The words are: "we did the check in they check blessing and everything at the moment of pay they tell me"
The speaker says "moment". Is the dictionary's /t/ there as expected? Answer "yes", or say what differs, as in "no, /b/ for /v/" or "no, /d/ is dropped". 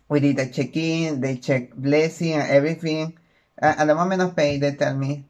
no, /t/ is dropped